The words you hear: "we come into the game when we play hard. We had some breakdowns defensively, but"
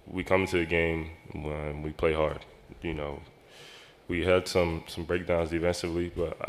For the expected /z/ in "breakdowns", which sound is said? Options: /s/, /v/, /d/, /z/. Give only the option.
/z/